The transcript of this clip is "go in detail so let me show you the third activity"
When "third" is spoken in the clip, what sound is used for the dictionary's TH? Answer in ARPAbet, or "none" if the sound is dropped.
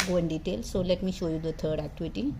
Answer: T